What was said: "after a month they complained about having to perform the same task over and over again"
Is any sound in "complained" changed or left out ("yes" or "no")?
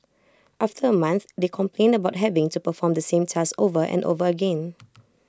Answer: no